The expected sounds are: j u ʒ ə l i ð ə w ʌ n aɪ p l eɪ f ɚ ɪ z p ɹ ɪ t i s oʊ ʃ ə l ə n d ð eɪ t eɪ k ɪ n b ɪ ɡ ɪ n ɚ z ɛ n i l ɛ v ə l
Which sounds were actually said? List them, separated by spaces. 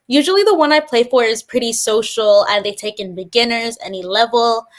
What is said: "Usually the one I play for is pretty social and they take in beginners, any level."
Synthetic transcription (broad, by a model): j u ʒ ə l i ð ə w ʌ n aɪ p l eɪ f ɚ ɪ z p ɹ ɪ t i s oʊ ʃ l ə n ð eɪ t eɪ k ɪ n b ɪ ɡ ɪ n ɚ z ɛ n i l ɛ v l